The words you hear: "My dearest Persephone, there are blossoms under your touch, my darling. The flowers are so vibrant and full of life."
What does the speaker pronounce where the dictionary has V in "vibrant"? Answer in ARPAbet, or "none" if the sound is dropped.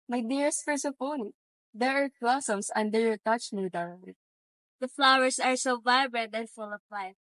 V